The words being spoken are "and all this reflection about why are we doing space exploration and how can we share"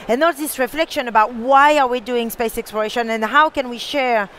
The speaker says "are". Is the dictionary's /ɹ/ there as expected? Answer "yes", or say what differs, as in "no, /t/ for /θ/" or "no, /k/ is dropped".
yes